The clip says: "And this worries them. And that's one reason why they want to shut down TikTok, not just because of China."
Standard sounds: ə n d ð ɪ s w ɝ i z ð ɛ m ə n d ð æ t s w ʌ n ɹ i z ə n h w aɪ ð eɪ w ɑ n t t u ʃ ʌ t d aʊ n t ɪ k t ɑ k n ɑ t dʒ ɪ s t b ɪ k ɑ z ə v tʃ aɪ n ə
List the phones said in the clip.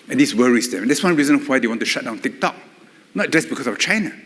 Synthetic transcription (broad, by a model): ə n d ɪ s w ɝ i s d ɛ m ə n d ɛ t s w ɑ n ɹ i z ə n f w aɪ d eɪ w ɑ n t t u ʃ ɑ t d aʊ n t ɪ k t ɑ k n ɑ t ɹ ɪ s b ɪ k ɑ s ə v tʃ aɪ n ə